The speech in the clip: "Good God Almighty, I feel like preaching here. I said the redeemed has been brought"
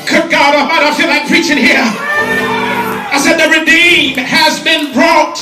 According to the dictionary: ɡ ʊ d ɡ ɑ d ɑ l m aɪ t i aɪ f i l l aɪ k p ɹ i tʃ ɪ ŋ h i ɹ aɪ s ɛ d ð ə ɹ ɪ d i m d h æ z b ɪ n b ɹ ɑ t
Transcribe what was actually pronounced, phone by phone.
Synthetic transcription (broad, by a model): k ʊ ɡ ɑ d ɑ m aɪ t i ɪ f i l l aɪ k p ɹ i tʃ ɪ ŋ h i ɹ aɪ s ɛ d ð ə ɹ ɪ d i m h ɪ z b ɪ n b ɹ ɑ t